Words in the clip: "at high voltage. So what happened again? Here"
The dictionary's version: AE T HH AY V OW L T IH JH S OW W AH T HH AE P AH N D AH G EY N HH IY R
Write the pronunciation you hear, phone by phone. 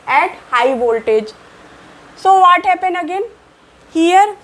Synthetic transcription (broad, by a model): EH T HH AY V OW L T IH JH S OW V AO T HH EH P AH N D AH G EY N HH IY R